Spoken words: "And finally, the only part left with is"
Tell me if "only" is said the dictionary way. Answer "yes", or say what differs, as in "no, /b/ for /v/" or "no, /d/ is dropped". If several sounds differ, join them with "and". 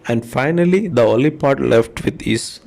no, /n/ is dropped